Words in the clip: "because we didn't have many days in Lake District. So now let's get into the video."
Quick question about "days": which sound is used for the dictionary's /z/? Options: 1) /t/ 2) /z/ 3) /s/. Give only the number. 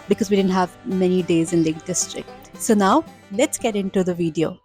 2